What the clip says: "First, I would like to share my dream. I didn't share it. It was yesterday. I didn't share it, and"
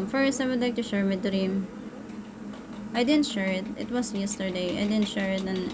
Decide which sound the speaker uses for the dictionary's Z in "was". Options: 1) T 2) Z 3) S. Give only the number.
3